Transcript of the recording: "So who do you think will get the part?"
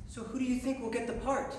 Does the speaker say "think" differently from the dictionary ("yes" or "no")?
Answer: no